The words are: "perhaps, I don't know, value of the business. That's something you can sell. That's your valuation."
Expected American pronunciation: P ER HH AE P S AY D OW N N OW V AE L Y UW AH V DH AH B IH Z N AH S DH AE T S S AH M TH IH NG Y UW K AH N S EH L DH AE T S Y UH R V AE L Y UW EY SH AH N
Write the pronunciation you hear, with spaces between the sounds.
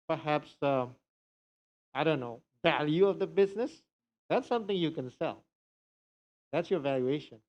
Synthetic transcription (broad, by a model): P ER HH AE P S AY D OW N N OW V AE L Y UW AH V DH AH B IH Z N AH S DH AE T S S AH M TH IH NG Y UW K AH N S EH L DH AE T S Y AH R V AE L Y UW EY SH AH N